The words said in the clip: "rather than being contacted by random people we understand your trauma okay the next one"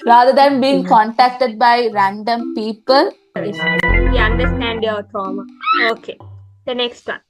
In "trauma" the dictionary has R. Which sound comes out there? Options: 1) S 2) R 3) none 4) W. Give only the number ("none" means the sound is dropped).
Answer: 3